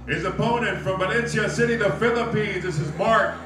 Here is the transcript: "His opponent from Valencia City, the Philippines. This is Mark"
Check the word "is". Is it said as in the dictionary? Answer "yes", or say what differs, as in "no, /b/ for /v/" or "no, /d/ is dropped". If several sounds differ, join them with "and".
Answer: yes